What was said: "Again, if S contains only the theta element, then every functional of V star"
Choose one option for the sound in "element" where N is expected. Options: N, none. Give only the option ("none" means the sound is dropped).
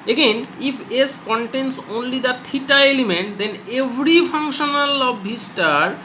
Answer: N